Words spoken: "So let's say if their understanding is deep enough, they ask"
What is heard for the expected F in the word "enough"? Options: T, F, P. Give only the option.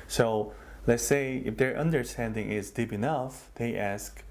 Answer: F